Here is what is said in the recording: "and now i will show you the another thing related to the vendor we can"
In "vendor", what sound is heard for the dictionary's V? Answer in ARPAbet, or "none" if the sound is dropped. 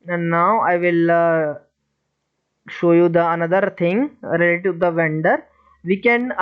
V